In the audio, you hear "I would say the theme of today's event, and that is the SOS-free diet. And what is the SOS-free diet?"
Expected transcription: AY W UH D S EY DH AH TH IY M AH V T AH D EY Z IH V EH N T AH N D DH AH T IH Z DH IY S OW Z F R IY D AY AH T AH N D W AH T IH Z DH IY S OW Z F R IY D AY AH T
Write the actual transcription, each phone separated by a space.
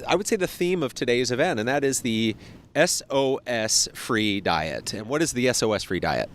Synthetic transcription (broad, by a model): AY W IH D S EY DH AH TH IY M AH V T AH D EY Z IH V EH N T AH N DH AH T IH Z DH IY S OW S F R IY D AY AH T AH N W AH T IH Z DH IY S OW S F R IY D AY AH T